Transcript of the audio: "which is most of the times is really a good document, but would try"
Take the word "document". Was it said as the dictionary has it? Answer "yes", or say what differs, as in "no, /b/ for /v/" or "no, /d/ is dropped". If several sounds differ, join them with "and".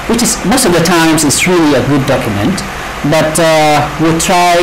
yes